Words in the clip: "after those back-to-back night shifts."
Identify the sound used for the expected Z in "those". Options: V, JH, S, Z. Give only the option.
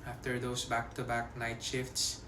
S